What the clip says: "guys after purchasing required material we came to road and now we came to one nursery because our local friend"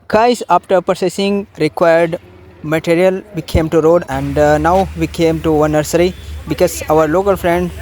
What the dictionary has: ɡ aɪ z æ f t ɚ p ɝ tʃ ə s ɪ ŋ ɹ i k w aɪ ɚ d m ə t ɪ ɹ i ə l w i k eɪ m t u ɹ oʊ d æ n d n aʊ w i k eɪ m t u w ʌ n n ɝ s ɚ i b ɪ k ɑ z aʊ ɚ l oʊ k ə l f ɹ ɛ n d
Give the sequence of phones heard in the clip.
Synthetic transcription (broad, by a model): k aɪ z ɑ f t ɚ p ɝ s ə s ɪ ŋ ɹ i k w aɪ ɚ d m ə t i ɹ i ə l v i k eɪ m t u ɹ oʊ d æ n d n aʊ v i k eɪ m t u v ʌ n n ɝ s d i b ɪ k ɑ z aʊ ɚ l oʊ k ə l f ɹ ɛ n d